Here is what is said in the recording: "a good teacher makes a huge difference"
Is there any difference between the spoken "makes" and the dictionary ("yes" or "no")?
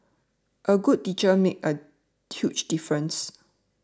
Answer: yes